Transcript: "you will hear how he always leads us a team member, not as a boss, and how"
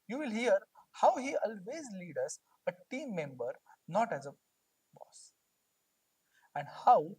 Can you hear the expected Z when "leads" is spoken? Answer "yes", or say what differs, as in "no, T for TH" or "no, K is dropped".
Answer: no, Z is dropped